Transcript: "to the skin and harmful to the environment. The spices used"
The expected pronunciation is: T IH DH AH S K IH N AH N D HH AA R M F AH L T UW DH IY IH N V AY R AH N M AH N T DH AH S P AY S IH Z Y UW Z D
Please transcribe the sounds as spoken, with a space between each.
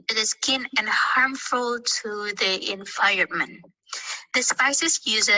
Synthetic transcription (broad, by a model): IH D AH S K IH N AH N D HH AA R M F AH L T UW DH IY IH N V AY AH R M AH N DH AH S P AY S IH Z Y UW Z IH